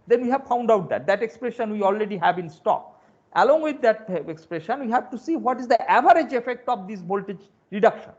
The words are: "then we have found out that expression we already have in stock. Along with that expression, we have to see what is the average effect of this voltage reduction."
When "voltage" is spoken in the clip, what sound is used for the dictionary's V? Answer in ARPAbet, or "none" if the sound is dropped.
B